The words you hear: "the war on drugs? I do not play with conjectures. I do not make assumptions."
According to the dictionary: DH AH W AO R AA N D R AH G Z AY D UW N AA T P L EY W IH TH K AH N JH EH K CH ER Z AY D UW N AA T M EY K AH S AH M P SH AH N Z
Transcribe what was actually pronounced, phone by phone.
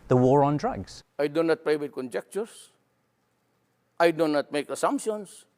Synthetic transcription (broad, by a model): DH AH W AO R AA N D R AH G Z AY D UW N AA T P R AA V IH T K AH N JH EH K CH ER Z AY D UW N AA T M EY K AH S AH M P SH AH N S